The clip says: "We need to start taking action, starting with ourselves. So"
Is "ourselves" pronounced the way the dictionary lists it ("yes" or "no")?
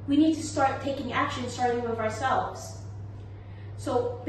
yes